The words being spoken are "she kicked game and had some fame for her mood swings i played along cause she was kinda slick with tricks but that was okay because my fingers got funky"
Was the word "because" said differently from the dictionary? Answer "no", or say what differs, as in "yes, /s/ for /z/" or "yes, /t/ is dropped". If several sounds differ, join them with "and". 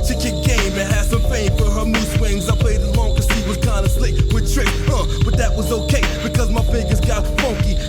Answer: no